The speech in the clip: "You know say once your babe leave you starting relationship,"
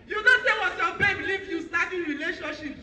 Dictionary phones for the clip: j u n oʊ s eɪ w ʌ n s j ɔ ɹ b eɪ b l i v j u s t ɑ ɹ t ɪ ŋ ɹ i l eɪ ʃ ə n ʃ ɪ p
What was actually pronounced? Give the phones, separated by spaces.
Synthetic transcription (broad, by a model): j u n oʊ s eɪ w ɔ s j ɔ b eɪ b l i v j u s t ɑ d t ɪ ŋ ɹ i l eɪ ʃ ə n ʃ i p